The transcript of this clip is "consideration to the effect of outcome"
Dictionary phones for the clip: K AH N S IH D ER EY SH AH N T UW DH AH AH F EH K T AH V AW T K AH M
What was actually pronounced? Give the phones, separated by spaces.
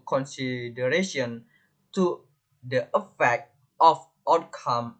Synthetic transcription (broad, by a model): K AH N S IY D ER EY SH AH N T UW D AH AH F EH K T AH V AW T K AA M